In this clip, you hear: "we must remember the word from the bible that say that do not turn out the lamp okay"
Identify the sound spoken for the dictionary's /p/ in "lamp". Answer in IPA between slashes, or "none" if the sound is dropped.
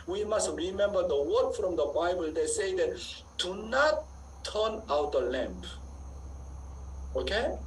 /p/